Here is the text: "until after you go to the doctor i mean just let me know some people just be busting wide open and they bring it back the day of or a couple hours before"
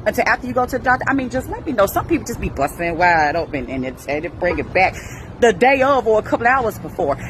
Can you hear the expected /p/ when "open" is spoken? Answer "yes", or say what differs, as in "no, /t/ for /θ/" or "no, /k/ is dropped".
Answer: no, /b/ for /p/